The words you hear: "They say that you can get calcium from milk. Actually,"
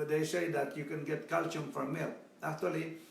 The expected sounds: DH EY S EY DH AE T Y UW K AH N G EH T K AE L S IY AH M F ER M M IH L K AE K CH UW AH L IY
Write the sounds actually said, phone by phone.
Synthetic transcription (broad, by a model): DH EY S EY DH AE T Y UW K AH N G EH T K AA L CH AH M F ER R M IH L AE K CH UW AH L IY